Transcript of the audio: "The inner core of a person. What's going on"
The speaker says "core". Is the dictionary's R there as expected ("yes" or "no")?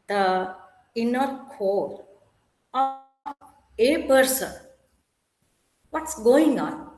no